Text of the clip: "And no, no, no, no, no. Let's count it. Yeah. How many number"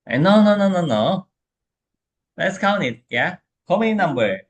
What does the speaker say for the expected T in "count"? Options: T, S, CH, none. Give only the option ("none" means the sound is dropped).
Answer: none